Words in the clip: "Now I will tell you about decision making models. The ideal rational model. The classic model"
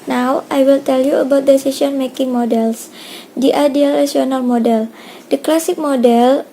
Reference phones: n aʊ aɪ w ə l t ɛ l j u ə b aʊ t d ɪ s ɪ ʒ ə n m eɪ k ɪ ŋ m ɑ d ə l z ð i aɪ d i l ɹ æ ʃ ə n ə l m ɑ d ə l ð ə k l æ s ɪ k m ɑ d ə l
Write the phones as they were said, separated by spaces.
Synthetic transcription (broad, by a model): n aʊ aɪ w ə l t ɛ l j u ə b aʊ t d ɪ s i s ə n m eɪ k ɪ ŋ m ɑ d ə l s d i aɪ d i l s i ə n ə l m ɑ d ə l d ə k l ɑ s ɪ k m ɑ d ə l